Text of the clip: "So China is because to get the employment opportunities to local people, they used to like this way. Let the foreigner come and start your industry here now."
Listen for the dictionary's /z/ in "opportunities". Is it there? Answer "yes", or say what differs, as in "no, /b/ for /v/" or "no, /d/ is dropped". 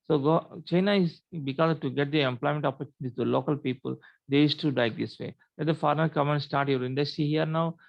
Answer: no, /z/ is dropped